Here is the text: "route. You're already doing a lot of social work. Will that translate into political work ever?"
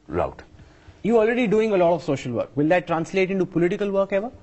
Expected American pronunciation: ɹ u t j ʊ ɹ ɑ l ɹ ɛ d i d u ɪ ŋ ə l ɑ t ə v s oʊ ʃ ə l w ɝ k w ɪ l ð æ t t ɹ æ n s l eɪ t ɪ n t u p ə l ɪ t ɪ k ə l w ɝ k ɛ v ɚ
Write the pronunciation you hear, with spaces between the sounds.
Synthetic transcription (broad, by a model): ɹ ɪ t j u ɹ ɑ l ɹ ɛ d i d u ɪ ŋ ə l ɑ t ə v s oʊ ʃ ə l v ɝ k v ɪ l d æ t t ɹ æ n s l eɪ t ɪ n t u p ə l ɪ t ɪ k ə l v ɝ k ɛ v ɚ